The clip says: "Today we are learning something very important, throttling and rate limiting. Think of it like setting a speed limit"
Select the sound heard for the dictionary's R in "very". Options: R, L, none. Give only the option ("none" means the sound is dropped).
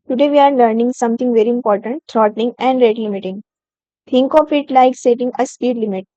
R